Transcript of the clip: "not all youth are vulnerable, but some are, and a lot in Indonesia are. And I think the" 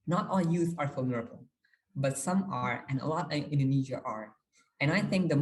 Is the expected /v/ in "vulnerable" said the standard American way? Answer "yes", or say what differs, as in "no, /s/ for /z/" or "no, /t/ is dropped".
no, /f/ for /v/